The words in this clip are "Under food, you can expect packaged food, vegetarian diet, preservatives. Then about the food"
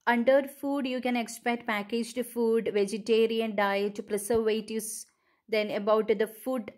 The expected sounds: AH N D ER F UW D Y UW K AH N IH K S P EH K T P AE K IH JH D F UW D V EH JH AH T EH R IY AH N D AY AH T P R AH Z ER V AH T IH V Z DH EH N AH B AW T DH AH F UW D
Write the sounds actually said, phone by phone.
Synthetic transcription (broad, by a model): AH N D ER F UW D Y UW K AH N IH K S P EH K T P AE K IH JH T F UW D V EH JH AH T EH R IY AH N D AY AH T P R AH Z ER V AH T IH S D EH N AH B AW T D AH F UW D